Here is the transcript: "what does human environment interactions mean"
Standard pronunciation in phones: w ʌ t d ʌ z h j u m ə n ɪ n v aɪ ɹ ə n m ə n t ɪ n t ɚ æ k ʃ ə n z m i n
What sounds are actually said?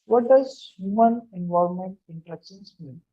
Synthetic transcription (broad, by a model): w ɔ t d ʌ z h j u m ə n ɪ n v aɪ ə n m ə n t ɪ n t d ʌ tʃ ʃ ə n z m i n